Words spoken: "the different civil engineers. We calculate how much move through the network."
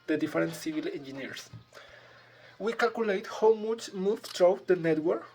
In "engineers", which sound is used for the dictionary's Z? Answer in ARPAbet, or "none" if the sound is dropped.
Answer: S